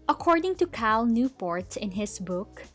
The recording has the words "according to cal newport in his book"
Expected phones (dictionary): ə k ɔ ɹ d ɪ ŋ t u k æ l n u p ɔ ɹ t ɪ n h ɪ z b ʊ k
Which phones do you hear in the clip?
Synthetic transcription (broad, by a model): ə k ɔ ɹ d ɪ ŋ t u k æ l n u p ɔ ɹ t ɪ n h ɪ s b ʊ k